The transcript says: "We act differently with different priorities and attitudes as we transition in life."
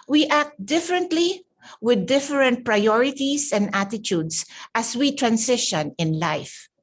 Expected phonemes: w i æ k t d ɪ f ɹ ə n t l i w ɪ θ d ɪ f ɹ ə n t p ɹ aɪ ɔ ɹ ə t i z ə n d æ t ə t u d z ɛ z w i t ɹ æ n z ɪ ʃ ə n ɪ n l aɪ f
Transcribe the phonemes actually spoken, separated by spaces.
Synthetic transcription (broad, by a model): w i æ k t d ɪ f ɹ ə n t l i w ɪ d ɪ f ɹ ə n t p ɹ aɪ ɔ ɹ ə t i s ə n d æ t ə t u d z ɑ s w i t ɹ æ n s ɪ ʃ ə n ɪ n l aɪ f